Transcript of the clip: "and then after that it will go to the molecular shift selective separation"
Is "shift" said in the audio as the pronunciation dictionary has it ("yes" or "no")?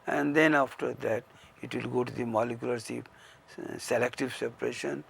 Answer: no